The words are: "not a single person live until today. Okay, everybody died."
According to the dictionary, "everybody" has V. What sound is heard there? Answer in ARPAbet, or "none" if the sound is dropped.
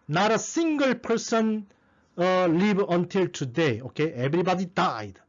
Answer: B